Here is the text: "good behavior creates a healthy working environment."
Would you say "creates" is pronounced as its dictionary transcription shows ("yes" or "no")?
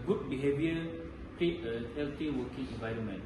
no